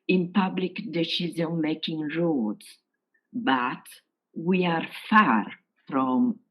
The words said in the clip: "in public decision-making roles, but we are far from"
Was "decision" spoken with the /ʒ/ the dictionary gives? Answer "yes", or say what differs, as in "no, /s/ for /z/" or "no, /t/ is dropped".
no, /z/ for /ʒ/